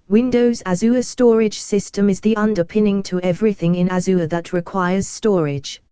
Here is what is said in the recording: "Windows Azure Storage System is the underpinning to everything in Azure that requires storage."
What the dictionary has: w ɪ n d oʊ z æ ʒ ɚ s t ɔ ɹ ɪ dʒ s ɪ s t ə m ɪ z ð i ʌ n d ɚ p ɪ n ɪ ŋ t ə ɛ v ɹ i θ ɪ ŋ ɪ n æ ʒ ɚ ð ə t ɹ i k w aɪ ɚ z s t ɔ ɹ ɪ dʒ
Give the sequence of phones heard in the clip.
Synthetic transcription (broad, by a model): w ɪ n d oʊ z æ z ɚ s t ɔ ɹ ɪ dʒ s ɪ s t ə m ɪ z ð i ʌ n d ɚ p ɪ n ɪ ŋ t ə ɛ v ɹ i θ ɪ ŋ ɪ n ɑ z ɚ ð ə t ɹ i k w aɪ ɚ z s t ɔ ɹ ɪ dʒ